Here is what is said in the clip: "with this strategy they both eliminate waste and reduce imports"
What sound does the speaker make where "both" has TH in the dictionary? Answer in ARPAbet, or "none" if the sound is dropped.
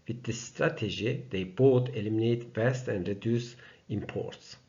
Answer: T